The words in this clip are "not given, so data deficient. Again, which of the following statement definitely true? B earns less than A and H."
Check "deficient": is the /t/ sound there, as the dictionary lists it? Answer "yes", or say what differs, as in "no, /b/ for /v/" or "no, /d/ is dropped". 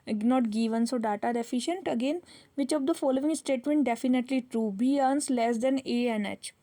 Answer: yes